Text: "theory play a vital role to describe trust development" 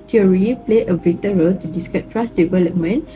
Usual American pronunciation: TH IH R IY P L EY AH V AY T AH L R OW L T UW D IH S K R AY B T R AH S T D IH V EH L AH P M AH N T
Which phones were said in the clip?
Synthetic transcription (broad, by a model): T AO R IY P L EY AH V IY T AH R OW L T UW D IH S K AY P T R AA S D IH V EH L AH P M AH N